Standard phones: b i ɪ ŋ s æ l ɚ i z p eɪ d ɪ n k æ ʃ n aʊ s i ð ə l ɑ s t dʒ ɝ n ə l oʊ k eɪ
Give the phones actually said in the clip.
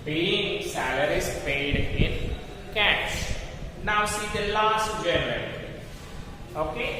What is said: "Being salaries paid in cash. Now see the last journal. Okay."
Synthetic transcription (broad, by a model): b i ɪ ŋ s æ l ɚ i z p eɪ d ɪ n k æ s n aʊ s i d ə l ɑ s t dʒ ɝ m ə n oʊ k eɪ